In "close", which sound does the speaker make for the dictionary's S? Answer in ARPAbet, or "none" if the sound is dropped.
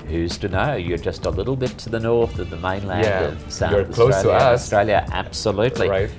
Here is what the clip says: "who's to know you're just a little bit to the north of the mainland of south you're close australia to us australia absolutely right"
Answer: none